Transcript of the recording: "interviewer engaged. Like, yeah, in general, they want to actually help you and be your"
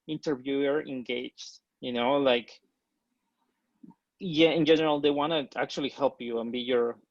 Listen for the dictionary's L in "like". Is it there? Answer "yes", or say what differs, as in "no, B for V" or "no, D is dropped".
yes